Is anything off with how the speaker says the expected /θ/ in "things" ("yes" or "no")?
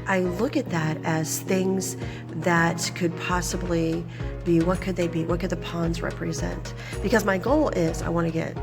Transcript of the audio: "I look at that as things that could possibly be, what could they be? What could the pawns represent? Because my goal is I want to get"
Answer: no